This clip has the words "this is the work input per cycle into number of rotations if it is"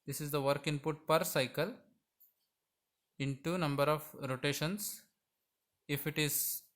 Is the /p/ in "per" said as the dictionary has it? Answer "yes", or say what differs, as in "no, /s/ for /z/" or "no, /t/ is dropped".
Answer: yes